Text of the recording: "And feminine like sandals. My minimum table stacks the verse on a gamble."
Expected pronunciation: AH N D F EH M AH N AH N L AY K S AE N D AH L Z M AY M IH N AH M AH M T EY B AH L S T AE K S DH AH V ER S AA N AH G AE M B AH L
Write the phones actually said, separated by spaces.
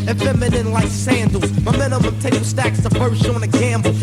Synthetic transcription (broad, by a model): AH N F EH M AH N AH N L AY K S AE N D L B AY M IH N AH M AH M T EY AH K S T AE K S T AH F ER SH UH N AH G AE M B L